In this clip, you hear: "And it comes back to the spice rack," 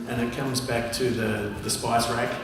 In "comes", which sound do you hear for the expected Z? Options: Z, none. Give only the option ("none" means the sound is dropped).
Z